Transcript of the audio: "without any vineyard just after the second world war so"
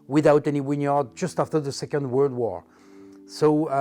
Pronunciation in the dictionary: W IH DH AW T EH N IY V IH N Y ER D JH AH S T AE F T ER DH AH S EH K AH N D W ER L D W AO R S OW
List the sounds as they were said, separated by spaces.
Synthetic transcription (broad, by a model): W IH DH AW T EH N IY W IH N Y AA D JH AH S T AE F T ER DH AH S EH K AH N D W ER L D W AO R S OW